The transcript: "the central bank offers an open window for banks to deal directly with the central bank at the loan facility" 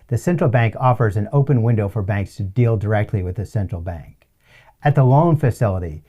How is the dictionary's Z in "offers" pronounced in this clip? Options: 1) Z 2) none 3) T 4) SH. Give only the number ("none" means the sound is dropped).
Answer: 1